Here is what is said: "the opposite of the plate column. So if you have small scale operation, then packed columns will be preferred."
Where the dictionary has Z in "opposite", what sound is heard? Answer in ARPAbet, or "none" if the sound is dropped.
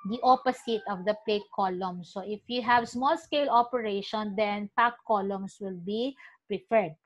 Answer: S